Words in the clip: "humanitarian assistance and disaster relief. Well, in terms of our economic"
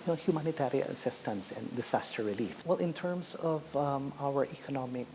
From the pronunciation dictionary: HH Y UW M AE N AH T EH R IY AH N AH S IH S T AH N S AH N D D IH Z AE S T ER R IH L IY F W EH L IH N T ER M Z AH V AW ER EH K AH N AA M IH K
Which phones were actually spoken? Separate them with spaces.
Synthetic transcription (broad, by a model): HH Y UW M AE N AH T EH R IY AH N AH S IH S T AH N S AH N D D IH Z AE S T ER R IH L IY F W EH L IH N T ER M S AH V AW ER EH K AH N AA M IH K